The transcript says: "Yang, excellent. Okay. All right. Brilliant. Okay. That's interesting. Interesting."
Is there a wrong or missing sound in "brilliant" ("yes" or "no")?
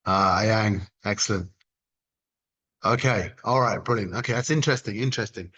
yes